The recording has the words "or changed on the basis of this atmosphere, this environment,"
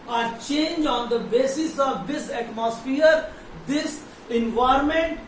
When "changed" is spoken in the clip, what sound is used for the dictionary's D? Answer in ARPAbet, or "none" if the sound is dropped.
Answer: none